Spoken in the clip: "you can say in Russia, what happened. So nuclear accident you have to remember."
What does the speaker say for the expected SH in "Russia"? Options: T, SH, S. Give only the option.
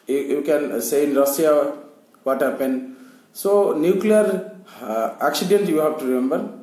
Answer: S